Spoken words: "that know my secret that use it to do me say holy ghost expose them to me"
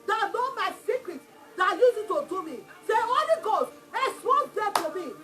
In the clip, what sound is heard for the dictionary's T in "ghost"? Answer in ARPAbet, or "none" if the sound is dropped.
none